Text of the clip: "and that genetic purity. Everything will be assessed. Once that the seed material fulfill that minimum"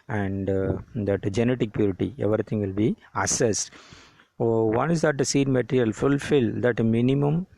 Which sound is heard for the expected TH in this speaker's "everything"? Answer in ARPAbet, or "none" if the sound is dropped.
T